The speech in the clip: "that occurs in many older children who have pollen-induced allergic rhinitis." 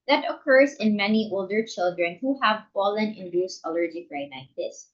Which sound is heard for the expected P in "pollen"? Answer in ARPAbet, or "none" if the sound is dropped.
F